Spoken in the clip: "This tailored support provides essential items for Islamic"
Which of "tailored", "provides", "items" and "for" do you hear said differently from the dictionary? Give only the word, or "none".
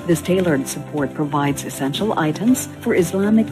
none